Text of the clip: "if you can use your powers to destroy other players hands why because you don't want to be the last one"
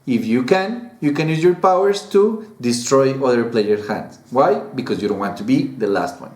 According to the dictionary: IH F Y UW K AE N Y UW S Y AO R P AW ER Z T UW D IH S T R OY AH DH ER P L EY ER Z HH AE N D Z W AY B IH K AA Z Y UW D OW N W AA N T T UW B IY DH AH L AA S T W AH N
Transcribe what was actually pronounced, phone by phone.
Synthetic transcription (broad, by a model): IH F Y UW K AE N Y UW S Y AO R P AW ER S T UW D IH S T R OY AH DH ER P L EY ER HH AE N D S W AY B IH K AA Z Y UW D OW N W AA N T T UW B IY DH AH L AA S T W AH N